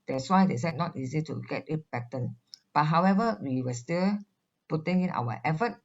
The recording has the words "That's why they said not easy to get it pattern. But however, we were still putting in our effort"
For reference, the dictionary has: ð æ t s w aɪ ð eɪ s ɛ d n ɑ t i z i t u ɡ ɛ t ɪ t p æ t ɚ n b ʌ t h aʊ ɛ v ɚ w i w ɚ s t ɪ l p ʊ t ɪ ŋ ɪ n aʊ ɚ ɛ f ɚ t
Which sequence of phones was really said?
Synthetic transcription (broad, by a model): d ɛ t s w aɪ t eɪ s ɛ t n ɑ t i z i t u ɡ ɛ t ɪ t b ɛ t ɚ n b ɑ t h aʊ ɛ v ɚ w i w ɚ s t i l p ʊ t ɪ ŋ ɪ n aʊ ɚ ɛ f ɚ t